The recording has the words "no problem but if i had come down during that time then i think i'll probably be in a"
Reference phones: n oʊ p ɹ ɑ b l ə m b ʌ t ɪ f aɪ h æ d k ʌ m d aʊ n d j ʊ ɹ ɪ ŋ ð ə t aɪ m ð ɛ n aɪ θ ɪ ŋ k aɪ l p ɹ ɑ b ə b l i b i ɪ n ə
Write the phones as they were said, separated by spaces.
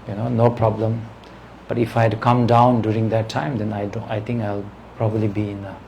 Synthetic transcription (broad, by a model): n oʊ p ɹ ɑ b l ə m b ʌ t ɪ f aɪ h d k ʌ m d aʊ n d j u ɹ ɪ ŋ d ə t aɪ m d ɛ n aɪ t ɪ ŋ k aɪ l p ɹ ɑ b ə b l i b i ɪ n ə